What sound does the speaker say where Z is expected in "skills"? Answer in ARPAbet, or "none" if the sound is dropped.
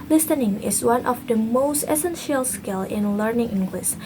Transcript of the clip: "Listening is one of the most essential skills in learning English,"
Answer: none